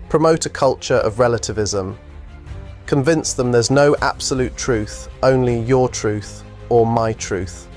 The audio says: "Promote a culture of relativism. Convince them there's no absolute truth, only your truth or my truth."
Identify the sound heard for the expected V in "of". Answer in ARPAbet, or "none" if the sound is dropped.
V